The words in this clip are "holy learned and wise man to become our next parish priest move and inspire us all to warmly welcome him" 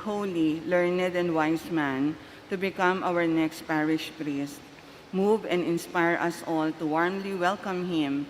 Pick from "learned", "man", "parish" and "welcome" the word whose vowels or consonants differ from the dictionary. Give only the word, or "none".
none